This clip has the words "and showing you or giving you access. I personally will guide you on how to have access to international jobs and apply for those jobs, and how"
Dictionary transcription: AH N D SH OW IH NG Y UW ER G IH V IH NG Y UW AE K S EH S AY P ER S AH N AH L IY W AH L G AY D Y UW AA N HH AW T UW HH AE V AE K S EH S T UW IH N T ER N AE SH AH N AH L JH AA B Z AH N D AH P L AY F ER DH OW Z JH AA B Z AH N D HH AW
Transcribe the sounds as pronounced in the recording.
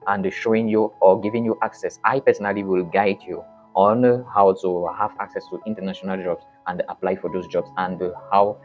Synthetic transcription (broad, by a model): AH N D SH OW IH NG Y UW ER G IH V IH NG Y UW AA K S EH S AY P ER S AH N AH L IY W AH L G AY D Y UW AA N HH AW T UW HH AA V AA K S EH S T UW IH N T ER N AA SH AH N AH L JH AA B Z AH N D AH P L AY F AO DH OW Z JH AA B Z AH N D HH AW